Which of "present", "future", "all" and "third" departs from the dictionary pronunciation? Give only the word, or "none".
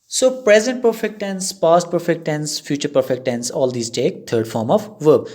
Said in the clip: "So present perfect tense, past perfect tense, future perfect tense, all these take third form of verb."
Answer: third